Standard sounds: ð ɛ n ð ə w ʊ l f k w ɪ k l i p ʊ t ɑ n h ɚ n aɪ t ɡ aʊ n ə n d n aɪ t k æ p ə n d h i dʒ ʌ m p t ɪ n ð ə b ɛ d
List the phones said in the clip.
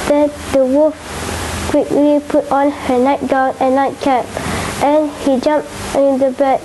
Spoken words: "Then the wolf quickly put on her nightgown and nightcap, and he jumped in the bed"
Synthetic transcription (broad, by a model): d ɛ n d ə w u f k w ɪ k l i p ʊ t ɑ n h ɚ n aɪ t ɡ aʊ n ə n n aɪ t k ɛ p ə n h i dʒ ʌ m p ɪ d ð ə b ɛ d